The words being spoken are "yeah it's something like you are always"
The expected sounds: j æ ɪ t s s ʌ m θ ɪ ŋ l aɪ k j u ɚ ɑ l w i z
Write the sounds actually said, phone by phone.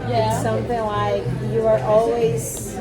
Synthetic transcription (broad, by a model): j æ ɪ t s s ʌ m θ ɪ ŋ l aɪ k j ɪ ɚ ɑ l w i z